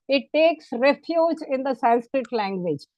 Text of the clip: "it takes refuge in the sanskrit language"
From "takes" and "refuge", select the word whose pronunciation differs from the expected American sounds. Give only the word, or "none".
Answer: none